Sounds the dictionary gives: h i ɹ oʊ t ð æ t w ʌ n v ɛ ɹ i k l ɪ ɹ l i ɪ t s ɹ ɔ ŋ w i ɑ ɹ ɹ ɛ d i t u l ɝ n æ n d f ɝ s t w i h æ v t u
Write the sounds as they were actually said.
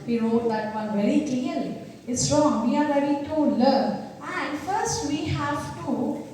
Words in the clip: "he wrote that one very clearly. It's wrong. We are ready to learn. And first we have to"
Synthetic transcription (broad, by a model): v i ɹ oʊ t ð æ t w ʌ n v ɛ ɹ i k l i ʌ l i ɪ t s ɹ ɔ ŋ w i ɑ ɹ ɹ ɛ d i t u l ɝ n æ n d f ɝ s t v i h æ v t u